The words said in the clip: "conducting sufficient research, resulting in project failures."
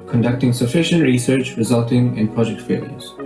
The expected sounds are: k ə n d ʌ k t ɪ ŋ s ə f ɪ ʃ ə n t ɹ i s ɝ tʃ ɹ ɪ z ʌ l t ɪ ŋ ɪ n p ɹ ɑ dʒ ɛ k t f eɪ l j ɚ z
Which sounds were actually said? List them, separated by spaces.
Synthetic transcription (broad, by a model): k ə n d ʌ k t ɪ ŋ s ə f ɪ ʃ ə n t ɹ i s ɝ tʃ ɹ ɪ z ʌ l t ɪ ŋ ɪ n p ɹ ɑ dʒ ɛ k t f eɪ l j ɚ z